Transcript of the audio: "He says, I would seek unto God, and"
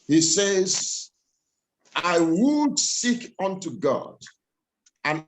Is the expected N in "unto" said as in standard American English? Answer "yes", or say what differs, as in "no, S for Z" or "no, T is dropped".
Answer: yes